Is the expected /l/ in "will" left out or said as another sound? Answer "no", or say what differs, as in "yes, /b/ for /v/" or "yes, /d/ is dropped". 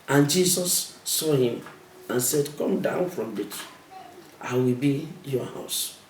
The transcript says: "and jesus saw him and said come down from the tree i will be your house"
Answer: no